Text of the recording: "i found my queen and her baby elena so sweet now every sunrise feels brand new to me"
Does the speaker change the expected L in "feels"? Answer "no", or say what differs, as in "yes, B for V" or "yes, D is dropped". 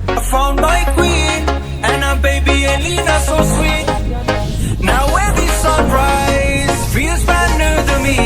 yes, L is dropped